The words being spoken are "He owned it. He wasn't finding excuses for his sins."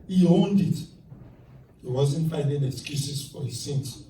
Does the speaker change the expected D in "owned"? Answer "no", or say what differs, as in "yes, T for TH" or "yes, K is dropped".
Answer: no